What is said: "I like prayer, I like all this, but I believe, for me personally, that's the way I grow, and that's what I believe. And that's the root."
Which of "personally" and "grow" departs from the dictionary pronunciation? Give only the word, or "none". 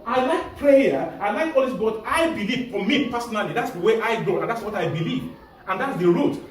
grow